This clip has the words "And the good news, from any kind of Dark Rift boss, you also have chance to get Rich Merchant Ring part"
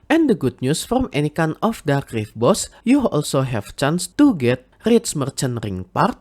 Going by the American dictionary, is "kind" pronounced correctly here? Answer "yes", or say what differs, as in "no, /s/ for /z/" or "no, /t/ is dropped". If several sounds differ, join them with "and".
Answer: no, /d/ is dropped